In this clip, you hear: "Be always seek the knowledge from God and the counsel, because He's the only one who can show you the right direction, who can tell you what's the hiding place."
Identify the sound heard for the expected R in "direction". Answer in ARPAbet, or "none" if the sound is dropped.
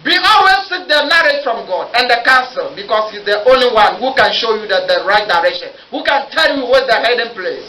R